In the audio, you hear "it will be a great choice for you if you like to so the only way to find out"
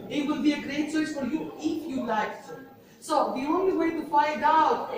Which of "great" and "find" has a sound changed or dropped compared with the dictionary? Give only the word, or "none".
none